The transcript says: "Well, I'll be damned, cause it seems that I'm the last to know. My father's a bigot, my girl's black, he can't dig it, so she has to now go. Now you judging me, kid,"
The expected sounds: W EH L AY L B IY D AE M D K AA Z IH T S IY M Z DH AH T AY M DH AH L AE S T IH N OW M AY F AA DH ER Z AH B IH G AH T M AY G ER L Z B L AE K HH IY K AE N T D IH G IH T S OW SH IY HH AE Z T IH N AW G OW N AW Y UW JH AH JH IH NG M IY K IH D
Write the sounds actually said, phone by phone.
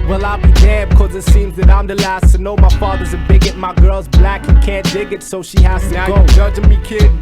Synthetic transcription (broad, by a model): W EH L AY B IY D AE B K AA Z IH T S IY M Z DH AH T AY M DH AH L AE S T IH N OW M AY F AA DH ER Z AH B IH G AH T M AY G ER L Z B L AE K K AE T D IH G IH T S OW SH IY HH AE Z T IH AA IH G OW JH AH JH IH M IY K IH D